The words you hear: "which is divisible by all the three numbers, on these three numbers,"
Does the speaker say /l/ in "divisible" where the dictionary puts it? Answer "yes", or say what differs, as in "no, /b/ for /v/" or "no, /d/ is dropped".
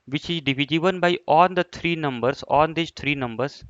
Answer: no, /n/ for /l/